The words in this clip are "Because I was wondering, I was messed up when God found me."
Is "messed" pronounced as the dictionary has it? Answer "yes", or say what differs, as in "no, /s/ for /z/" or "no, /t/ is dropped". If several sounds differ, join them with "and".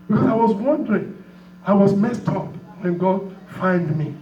yes